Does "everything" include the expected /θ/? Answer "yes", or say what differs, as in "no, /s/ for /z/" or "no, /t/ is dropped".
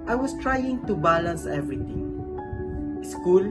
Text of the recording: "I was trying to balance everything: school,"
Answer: no, /t/ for /θ/